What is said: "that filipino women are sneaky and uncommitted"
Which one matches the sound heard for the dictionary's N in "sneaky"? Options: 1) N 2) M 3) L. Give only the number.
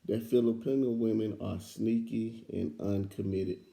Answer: 1